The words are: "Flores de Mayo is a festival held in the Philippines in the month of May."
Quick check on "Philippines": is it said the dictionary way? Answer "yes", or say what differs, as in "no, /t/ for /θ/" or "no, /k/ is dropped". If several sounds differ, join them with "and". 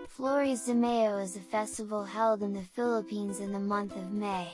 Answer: yes